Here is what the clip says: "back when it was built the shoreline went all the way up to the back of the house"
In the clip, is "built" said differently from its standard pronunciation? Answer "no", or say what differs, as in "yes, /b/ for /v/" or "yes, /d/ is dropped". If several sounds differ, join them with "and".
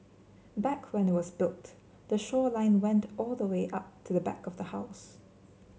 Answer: no